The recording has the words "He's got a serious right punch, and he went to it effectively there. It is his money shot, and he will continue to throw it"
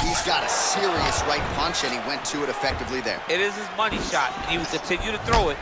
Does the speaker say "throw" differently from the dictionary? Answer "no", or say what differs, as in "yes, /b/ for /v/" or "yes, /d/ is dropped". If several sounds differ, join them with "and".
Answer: no